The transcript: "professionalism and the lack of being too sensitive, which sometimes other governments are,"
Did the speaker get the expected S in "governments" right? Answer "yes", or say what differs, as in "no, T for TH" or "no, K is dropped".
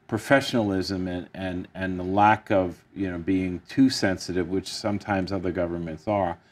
yes